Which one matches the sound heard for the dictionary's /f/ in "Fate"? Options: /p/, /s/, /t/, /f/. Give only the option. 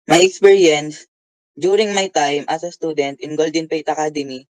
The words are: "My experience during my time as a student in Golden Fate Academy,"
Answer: /p/